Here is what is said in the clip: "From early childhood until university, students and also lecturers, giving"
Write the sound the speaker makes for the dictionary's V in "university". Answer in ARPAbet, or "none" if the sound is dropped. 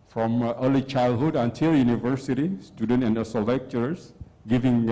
V